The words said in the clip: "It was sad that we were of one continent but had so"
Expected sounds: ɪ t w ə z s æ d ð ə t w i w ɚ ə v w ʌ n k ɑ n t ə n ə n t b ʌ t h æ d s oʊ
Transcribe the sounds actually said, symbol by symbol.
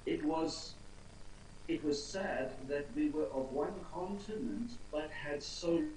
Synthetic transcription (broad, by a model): ɪ t w ə z s æ d ð ə t w i w ɚ ə v w ʌ n k ɑ n t ə n ə n t b ʌ t h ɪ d s oʊ